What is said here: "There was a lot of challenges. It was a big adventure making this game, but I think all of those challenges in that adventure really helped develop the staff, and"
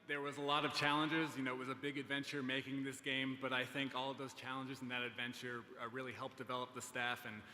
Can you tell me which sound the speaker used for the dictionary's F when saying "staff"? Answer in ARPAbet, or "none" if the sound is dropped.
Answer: F